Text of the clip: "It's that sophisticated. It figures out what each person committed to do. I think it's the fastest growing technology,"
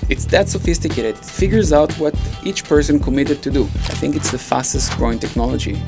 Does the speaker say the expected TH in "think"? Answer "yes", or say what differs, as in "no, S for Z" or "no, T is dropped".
yes